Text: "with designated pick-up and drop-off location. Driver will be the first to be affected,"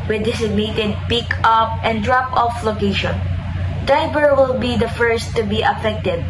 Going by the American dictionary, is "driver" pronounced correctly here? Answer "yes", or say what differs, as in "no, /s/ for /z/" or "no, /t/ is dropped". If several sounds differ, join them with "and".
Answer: no, /b/ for /v/